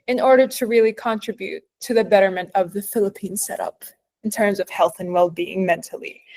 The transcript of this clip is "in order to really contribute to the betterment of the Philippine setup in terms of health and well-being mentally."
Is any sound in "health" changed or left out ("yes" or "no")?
no